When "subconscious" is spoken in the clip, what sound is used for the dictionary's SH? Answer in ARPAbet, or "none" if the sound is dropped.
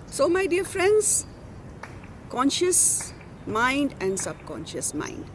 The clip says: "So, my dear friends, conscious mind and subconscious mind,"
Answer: SH